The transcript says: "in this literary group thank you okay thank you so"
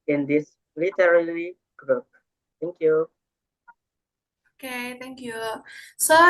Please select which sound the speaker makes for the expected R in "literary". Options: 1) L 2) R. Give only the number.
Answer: 1